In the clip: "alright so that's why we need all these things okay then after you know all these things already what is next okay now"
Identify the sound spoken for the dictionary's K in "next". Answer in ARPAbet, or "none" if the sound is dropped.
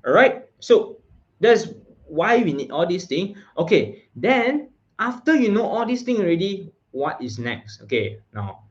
K